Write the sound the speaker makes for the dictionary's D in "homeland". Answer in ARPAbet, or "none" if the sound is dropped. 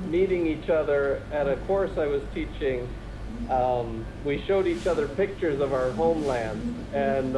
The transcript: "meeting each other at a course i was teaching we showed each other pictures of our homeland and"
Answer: D